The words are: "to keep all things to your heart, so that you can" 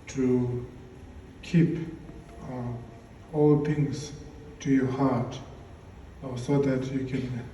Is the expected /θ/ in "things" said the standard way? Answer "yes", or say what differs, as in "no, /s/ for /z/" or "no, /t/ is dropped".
no, /t/ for /θ/